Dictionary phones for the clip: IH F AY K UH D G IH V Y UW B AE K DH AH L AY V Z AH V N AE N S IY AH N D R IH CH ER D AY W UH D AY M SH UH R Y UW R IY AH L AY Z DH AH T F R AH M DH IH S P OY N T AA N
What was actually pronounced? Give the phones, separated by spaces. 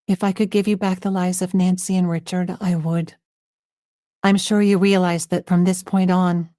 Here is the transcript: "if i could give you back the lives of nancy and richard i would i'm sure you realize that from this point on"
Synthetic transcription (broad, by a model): IH F AY K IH D G IH V Y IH B AE K DH AH L AY V Z AH V N AE N S IY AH N R IH CH ER D AY W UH D AY M SH UH R Y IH R IY AH L AY Z DH AH T F R AH M DH IH S P OY N T N